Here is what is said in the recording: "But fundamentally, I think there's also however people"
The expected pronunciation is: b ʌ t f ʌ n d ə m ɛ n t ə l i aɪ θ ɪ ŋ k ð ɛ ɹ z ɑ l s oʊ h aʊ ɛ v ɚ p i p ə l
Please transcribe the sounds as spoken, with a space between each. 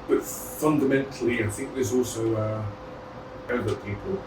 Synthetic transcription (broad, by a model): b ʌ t f ʌ n d ə m ɛ n t ə l i aɪ θ ɪ ŋ k ð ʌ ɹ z ɑ l s oʊ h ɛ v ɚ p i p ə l